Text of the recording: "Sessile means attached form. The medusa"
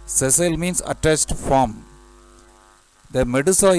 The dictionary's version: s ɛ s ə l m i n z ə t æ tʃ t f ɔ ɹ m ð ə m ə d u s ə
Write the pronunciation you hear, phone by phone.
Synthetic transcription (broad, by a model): s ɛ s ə l m i n s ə t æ s t f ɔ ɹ m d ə m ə d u s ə